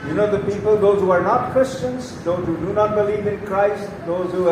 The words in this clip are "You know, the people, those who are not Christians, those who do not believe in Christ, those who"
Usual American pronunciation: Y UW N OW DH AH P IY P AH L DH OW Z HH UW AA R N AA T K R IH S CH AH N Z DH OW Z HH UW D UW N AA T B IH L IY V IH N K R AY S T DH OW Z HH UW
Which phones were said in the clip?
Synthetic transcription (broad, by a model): Y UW N OW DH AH P IY P AH L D OW Z HH UW AA R N AA T K R IH S CH AH N Z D OW Z HH UW D UW N AA T B IH L IY V IH N K R AY S T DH OW Z HH UW